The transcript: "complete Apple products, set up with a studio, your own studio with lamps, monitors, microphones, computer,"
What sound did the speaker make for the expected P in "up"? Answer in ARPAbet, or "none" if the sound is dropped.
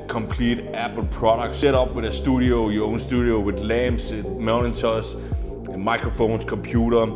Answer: B